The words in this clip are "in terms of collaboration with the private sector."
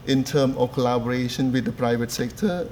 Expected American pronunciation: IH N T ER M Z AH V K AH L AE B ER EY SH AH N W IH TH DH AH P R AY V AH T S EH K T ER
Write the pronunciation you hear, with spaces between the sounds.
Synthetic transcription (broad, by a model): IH N T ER M AH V K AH L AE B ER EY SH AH N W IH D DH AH P R AY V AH T S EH K T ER